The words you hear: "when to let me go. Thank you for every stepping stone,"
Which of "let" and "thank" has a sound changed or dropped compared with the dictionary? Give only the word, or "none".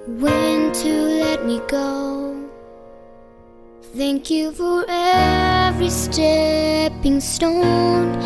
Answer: none